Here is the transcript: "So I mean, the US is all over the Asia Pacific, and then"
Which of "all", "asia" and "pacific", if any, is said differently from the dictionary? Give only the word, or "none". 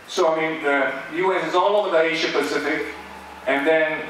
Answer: asia